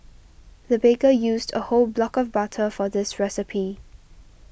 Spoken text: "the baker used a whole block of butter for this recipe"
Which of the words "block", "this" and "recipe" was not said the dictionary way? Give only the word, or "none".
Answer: none